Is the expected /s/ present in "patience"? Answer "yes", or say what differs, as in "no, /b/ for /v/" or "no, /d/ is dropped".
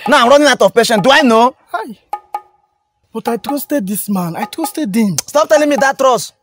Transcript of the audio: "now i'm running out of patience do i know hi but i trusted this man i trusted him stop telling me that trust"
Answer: no, /s/ is dropped